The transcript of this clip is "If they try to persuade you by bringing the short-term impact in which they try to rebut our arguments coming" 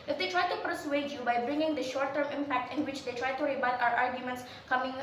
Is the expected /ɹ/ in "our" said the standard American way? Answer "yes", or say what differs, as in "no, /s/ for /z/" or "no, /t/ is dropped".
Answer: yes